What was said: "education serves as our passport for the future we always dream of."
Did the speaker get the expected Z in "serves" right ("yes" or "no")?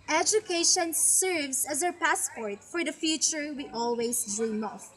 no